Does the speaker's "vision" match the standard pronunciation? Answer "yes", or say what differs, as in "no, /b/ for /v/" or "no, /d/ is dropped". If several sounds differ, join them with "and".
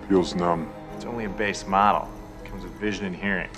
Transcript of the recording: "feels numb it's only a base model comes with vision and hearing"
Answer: yes